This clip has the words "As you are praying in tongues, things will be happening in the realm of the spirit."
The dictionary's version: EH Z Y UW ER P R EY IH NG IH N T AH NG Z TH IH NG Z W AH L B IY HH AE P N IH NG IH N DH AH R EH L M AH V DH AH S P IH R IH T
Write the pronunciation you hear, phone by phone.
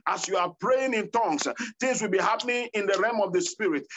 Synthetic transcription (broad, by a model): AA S Y UW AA P R EY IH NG IH N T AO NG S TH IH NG S W AH L B IY HH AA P N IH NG IH N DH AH R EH M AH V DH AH S P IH R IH T